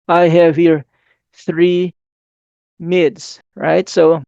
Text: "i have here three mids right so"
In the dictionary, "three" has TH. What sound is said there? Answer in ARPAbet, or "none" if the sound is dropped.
TH